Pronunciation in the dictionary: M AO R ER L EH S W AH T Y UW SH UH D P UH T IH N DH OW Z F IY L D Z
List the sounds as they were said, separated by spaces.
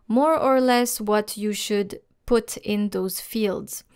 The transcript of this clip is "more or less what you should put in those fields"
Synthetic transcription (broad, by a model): M AO R ER L EH S W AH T Y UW SH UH D P UH T IH N DH OW Z F IY L D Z